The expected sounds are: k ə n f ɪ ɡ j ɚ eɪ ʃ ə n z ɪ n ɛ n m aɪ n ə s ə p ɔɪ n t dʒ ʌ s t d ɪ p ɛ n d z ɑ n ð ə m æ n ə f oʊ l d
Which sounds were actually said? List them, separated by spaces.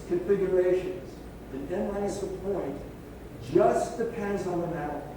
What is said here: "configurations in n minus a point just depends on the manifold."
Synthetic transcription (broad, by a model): k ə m f ɪ ɡ j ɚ eɪ ʃ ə n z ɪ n ɛ n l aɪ ə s ə p ɔɪ n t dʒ ʌ s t d ɪ p ɛ n d z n ð ə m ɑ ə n